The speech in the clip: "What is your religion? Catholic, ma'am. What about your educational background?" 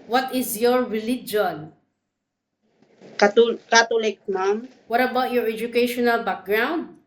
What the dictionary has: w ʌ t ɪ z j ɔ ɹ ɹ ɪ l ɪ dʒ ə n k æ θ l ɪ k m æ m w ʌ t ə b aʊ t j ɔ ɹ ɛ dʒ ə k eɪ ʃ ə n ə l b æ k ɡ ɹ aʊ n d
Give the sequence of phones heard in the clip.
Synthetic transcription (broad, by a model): w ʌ t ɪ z j ɔ ɹ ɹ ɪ l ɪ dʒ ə n k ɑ t l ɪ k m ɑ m w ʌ t ə b aʊ t j ɔ ɹ ɛ dʒ ə k eɪ ʃ ə n ə l b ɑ k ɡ ɹ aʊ n d